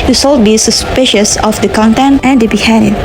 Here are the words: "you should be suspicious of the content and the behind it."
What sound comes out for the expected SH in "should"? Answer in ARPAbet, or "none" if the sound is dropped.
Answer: S